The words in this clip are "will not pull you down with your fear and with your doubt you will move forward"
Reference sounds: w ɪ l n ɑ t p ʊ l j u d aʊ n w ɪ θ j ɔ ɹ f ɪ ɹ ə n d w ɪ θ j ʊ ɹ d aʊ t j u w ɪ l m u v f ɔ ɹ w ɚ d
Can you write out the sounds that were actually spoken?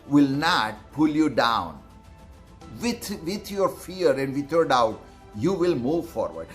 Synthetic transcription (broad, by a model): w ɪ l n ɑ t p ʊ l j u d aʊ n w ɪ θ j ɔ ɹ f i ɹ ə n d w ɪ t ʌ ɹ d aʊ t j u w ɪ l m u v f ɔ ɹ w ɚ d